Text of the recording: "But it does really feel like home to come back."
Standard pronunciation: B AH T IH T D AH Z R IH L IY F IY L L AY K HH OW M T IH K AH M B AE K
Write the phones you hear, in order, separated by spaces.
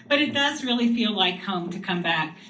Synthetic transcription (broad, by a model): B AH T IH T D AH Z R IH L IY F IY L L AY K HH OW M T IH K AH M B AE K